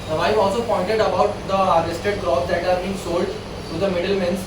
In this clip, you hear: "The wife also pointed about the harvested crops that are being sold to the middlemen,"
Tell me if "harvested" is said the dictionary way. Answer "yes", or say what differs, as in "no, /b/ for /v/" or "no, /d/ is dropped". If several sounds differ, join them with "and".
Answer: no, /v/ is dropped